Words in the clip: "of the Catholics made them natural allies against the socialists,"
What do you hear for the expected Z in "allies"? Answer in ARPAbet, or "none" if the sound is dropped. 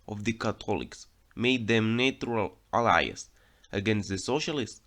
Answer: S